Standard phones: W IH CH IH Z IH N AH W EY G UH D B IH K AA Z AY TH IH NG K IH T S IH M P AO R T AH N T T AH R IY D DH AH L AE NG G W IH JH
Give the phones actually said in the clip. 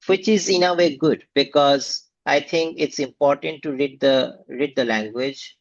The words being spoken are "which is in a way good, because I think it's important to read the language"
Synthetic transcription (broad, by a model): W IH CH IH Z IH N AH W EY G UH D B IH K AA Z AY T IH NG K IH T S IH M P AO R T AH N T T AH R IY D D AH L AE NG G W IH JH